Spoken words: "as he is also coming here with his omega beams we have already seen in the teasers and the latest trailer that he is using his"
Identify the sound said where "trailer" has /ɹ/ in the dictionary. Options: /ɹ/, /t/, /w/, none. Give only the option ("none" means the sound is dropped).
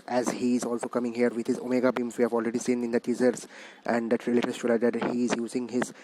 none